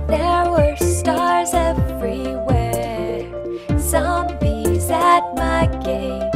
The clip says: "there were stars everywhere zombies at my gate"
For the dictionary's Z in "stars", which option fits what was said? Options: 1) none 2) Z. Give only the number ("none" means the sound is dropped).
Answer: 2